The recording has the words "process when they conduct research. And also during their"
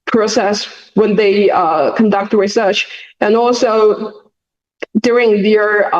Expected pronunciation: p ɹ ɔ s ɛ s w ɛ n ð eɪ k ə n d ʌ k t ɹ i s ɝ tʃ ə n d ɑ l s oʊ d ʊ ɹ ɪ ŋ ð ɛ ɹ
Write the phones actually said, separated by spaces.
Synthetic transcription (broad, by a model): p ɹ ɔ s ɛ s w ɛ n ð eɪ k ə n d ʌ k t ɹ i s ɝ tʃ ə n ɑ l s oʊ d ʊ ɹ ɪ ŋ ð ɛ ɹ